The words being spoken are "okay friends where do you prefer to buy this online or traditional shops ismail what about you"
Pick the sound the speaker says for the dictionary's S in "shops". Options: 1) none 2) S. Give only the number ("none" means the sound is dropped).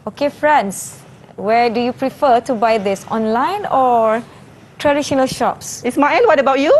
2